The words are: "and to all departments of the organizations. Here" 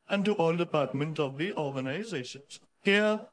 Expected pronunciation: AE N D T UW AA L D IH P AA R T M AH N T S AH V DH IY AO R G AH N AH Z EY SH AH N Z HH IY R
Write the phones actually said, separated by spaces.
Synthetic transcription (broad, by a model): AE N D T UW AA L D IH P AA R T M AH N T AH V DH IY AO R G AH N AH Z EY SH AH N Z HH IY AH